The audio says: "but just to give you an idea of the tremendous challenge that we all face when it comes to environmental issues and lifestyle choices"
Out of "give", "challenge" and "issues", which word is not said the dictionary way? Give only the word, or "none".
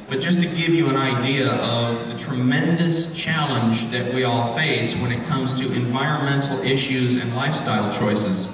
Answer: none